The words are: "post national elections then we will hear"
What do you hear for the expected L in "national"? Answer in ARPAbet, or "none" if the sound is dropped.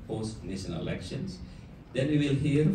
N